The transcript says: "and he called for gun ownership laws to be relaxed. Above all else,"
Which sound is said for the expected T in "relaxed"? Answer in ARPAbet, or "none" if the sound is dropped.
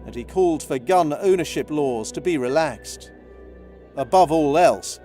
T